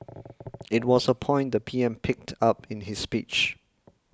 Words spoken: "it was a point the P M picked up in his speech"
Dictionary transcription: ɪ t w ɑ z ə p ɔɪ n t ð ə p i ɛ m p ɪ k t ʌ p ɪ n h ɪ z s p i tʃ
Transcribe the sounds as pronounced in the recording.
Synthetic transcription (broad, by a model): ɪ t w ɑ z ə p ɔɪ n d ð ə p i ɛ m p ɪ k t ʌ p ɪ n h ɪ s p i tʃ